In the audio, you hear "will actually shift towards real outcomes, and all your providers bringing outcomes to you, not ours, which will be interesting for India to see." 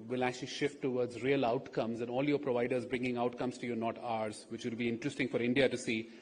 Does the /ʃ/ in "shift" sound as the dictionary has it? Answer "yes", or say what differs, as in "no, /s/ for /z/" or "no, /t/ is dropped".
yes